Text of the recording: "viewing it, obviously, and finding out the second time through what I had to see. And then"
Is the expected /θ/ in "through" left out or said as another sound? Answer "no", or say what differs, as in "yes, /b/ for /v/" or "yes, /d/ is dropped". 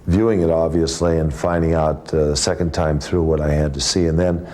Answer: no